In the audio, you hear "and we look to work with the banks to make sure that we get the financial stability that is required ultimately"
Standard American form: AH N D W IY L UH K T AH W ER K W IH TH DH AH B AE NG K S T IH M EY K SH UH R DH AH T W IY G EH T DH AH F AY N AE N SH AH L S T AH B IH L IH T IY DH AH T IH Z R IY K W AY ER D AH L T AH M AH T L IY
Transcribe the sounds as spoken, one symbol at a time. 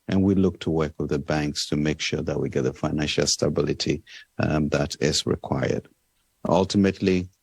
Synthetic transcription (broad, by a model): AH N W IY L UH K T AH W ER K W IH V DH AH B AE NG K S T IH M EY K SH UH R DH AH T W IY G EH T DH AH F AY N AE N SH AH L S T AH B IH L IH T IY DH AH T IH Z R IY K W AY ER D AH L T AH M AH T L IY